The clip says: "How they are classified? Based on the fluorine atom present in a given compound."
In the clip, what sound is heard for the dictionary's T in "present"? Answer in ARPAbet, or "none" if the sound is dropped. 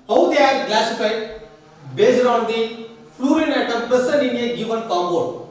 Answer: none